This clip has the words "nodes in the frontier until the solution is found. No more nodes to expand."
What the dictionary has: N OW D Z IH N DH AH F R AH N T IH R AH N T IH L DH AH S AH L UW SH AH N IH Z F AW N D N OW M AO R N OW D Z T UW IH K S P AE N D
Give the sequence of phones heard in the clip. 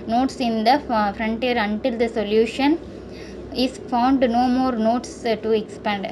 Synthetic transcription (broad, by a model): N OW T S IH N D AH F R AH N T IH R AH N T IH L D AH S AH L UW SH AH N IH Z F AW N D N OW M AO R N OW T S T UW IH K S P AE N D